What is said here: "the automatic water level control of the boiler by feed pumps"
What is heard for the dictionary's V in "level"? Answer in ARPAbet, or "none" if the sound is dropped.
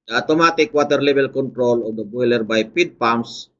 B